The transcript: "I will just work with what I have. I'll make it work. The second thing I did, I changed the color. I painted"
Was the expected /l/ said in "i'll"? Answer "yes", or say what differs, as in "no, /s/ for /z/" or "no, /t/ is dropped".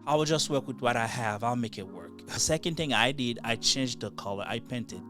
yes